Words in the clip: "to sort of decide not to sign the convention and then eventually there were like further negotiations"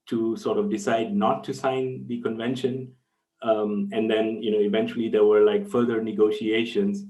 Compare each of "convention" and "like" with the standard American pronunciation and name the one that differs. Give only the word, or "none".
none